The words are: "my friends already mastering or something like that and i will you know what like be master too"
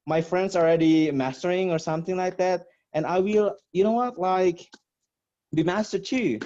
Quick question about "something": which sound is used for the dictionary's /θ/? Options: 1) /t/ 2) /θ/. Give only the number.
2